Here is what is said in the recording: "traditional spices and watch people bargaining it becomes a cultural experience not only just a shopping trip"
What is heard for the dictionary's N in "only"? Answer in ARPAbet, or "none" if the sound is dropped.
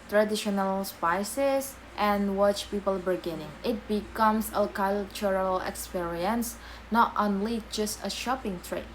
N